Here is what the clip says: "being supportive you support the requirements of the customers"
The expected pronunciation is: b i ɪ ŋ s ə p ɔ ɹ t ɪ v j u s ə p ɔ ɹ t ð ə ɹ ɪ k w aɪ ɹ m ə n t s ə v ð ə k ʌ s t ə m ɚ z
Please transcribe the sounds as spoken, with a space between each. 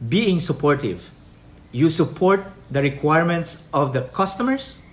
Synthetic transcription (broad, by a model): b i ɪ ŋ s ə p ɔ ɹ t ɪ v j u s ə p ɔ ɹ t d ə ɹ ɪ k w aɪ ɹ m ə n t s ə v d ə k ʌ s t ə m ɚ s